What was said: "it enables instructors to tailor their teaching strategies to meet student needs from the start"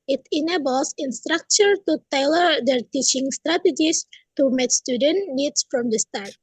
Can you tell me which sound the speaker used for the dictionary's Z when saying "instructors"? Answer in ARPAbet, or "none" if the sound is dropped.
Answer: none